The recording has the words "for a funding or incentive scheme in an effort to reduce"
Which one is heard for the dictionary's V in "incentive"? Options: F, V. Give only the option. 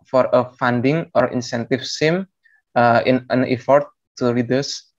F